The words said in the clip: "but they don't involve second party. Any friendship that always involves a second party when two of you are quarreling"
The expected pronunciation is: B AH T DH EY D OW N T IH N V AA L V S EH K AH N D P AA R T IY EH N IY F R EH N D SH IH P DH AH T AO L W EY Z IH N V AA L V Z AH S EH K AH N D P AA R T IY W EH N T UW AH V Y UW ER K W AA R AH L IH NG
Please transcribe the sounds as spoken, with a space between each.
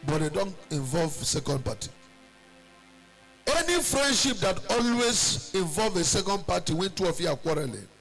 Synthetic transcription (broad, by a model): B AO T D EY D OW N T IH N V AA L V S EH K AH N D P AA T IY EH N IY F R EH N D SH IH P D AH T AO L W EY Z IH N V AA L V AH S EH K AH N D P AA T IY W EH N T UW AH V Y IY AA K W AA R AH L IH